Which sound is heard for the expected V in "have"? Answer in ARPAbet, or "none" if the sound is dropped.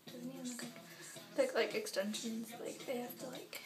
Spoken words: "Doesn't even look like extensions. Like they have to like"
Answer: F